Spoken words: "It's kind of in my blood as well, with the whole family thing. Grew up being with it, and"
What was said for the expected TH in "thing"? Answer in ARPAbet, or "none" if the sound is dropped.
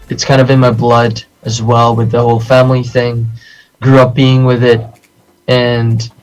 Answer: TH